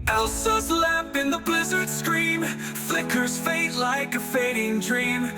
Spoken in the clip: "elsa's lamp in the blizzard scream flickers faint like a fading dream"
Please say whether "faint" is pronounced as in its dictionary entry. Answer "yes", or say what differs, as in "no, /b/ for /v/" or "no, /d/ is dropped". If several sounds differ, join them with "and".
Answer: no, /n/ is dropped